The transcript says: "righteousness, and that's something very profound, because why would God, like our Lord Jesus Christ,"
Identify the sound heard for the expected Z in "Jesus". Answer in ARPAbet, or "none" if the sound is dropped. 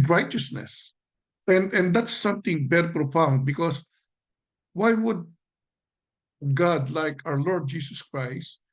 S